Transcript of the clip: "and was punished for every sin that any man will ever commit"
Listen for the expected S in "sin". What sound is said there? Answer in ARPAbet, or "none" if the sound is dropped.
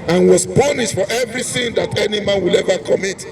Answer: TH